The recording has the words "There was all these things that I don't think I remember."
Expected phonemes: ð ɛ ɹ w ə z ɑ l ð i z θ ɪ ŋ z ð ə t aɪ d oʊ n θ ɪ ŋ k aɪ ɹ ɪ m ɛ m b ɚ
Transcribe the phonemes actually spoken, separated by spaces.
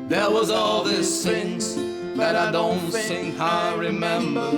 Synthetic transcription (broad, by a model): ð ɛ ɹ w ə z ɑ l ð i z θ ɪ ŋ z ð ə t aɪ d oʊ n s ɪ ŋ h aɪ ɹ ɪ m ɛ m b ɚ